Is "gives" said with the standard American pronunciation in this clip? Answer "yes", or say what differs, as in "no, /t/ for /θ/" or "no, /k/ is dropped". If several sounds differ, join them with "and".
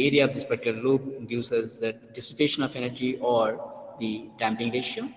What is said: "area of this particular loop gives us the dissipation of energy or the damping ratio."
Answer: no, /v/ is dropped